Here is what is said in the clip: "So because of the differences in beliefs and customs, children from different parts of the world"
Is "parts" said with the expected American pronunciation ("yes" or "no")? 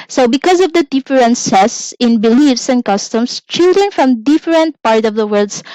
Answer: no